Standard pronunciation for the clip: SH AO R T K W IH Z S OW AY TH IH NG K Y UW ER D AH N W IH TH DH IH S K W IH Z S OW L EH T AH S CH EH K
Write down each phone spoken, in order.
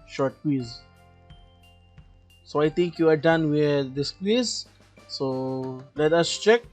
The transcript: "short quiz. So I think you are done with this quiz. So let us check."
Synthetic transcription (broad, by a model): SH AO R T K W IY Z S OW AY T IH NG K Y UW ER D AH N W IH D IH S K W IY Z S OW L EH T AH S CH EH K